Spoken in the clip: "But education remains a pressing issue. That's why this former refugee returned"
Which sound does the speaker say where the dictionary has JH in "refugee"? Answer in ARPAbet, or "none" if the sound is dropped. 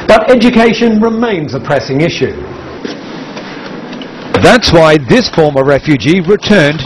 JH